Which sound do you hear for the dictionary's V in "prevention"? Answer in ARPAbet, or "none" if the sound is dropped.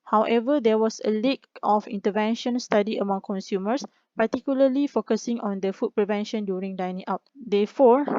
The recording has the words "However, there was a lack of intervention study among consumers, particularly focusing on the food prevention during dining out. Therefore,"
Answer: V